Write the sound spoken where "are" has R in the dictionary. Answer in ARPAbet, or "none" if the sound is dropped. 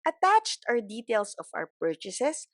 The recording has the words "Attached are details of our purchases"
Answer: W